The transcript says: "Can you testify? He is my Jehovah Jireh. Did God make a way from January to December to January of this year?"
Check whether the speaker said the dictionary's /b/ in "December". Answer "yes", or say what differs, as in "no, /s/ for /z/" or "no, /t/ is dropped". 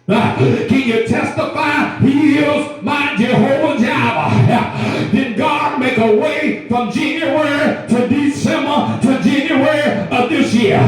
no, /b/ is dropped